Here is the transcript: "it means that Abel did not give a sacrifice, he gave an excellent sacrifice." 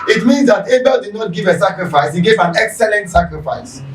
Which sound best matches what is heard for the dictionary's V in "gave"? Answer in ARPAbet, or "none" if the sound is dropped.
V